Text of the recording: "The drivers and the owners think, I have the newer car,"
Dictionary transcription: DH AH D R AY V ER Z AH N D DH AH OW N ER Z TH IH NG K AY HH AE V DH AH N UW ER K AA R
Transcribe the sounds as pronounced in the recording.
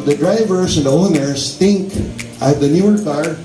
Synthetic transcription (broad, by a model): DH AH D R AY V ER S AH N D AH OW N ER S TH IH NG K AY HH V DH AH N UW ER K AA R